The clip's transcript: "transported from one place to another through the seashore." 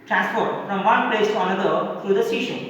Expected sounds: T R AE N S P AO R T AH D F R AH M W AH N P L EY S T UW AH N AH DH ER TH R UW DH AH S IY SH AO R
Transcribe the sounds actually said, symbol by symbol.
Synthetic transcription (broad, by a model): T R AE N S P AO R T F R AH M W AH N P L EY S T UW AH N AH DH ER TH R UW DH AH S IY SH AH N